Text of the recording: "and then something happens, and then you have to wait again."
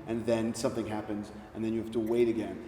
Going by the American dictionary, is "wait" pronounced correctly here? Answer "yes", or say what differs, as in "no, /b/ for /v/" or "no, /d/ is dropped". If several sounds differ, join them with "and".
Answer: yes